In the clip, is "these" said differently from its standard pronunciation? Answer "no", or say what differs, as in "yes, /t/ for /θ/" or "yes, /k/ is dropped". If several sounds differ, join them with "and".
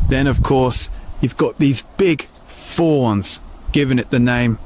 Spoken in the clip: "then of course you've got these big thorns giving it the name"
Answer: no